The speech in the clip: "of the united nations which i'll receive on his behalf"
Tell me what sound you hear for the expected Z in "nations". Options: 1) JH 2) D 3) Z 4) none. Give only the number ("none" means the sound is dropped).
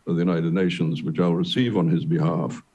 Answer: 3